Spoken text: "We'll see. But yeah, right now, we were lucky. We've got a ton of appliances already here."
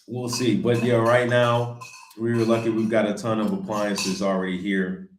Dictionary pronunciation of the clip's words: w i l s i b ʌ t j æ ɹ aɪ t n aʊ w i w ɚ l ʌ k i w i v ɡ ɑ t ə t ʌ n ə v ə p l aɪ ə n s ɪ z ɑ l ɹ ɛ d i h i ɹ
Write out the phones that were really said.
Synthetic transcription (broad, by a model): w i l s i b ʌ t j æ ɹ aɪ t n aʊ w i l ʌ k i w i v ɡ ɑ t ə t ʌ n ə v ə p l aɪ ə n s ɪ z l ɹ ɛ d i h i ɹ